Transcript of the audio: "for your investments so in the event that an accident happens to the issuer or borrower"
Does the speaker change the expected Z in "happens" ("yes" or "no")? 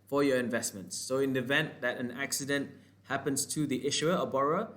yes